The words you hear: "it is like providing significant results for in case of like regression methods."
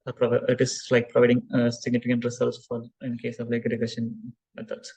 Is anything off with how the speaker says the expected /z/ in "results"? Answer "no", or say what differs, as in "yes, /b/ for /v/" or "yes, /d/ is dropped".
yes, /s/ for /z/